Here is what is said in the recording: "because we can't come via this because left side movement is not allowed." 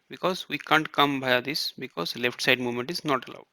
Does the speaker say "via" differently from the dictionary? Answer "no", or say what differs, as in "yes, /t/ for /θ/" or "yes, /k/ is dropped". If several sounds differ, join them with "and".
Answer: yes, /b/ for /v/